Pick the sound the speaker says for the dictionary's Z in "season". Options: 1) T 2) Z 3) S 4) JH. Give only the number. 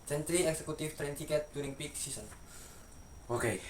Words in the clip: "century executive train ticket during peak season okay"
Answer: 3